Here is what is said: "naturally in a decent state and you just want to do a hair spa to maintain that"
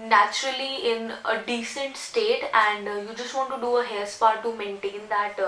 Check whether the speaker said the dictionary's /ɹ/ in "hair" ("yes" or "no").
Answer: no